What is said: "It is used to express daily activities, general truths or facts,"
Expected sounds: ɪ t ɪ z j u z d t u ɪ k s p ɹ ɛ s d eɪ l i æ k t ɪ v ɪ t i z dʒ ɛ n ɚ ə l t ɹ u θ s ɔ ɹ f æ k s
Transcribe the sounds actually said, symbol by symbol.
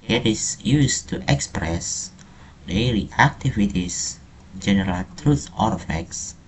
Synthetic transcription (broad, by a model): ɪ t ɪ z j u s t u ɪ k s p ɹ ɛ s d eɪ l i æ k t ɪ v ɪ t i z dʒ ɛ n ɚ ə l t ɹ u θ ɔ ɹ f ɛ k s